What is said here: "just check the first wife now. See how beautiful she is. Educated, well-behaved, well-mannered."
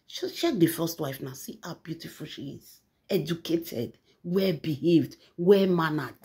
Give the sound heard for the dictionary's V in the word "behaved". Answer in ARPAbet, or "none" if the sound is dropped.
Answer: V